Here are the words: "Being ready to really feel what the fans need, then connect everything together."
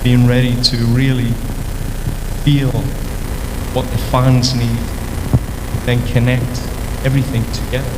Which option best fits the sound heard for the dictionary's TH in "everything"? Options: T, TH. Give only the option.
TH